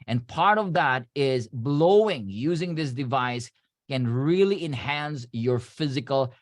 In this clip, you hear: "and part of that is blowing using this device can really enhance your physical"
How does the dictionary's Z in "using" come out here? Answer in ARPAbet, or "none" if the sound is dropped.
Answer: Z